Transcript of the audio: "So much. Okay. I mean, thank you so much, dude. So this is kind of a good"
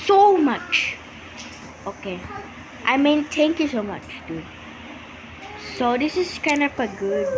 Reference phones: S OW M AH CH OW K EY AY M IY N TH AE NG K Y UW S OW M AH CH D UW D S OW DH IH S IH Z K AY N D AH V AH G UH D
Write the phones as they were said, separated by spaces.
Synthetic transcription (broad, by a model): S OW M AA CH OW K EY AY M IY N T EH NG K Y UW S OW M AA CH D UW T S OW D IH S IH S K AY N D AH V AH G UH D